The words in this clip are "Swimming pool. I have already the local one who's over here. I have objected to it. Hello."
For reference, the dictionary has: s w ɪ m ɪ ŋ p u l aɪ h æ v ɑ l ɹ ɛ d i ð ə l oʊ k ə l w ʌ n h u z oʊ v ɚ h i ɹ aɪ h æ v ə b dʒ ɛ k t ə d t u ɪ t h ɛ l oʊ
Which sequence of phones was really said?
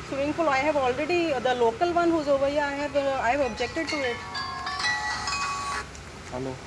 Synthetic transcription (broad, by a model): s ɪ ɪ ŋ f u l aɪ h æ v ɑ l ɹ ɛ d i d ə l oʊ k ə l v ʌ n h u z oʊ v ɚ h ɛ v aɪ h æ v ə b dʒ ɛ k t ə d t u ɪ t h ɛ l oʊ